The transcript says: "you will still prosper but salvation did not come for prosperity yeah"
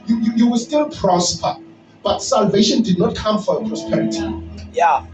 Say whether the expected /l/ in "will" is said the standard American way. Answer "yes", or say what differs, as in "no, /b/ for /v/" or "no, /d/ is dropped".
no, /w/ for /l/